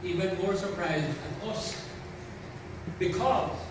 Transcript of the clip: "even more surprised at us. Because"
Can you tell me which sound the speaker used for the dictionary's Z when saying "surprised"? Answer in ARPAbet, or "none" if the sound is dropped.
Z